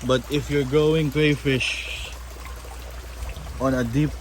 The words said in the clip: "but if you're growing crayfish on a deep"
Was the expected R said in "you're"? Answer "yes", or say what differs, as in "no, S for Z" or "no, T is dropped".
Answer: yes